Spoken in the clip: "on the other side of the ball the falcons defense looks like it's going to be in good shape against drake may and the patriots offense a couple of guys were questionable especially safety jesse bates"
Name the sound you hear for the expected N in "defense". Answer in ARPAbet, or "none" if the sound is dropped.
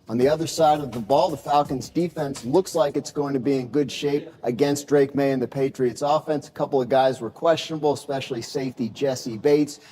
N